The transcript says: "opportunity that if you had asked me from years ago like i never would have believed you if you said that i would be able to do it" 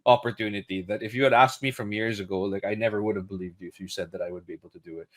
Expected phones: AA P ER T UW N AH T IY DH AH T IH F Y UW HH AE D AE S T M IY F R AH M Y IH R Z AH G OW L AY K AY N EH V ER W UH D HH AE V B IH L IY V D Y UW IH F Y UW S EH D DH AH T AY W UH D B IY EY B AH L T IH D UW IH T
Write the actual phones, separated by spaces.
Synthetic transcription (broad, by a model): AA P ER T UW N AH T IY DH AH T IH F Y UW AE D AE S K M IY F R AH M Y IH R Z AH G OW L AY K AY N EH V ER W UH D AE V B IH L IY V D Y UW IH F Y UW S EH D DH AH T AY W UH D B IY EY B L T IH D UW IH T